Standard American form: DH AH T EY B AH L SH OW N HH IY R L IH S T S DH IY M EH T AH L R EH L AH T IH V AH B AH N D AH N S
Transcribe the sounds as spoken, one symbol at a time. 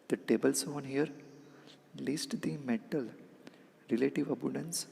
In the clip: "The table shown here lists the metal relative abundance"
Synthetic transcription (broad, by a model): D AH T EY B AH L S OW N HH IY R L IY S T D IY M EH T AH L R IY L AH T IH V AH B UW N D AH N S